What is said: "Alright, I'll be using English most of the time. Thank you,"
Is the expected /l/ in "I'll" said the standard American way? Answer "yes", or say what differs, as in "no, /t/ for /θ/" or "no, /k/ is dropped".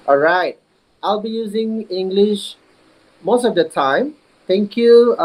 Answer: yes